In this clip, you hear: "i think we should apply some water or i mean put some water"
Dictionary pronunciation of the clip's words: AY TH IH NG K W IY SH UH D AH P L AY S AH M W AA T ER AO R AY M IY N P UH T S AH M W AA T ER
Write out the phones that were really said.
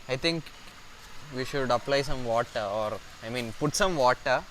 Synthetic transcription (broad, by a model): AY T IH NG K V IY SH UH D AH P L AY S AH M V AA T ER AO R AY M IY N P UH T S AH M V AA T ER